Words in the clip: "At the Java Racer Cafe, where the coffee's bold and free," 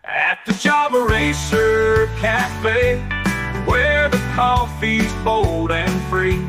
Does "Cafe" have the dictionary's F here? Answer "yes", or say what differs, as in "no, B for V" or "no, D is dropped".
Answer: no, P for F